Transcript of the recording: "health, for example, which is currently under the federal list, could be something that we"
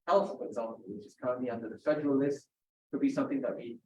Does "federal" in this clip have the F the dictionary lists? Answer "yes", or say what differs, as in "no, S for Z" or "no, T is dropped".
no, P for F